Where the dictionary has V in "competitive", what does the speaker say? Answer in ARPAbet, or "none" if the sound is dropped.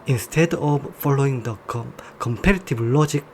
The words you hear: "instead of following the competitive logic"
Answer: B